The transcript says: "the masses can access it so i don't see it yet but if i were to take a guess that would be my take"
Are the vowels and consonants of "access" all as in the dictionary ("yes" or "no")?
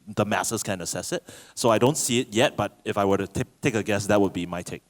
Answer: no